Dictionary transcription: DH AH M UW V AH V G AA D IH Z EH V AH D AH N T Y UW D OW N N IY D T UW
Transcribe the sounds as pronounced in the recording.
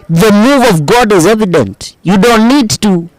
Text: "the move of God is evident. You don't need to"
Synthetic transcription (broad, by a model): DH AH M UW V AH V G AA D IH Z EH V AH D AH N T Y UW D OW N N IY D T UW